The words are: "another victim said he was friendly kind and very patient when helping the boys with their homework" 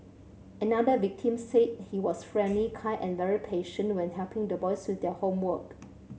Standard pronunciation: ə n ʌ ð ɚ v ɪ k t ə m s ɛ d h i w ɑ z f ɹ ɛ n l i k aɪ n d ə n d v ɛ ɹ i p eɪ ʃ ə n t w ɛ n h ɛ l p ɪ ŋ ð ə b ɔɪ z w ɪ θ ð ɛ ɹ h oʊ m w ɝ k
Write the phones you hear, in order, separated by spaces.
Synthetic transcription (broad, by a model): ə n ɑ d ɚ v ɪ k t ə m s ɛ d h i w ɑ s f ɹ ɛ n l i k aɪ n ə n v ɛ ɹ i p eɪ ʃ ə n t w ɛ n h ɛ l p ɪ ŋ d ə b ɔɪ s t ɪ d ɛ h oʊ m w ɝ k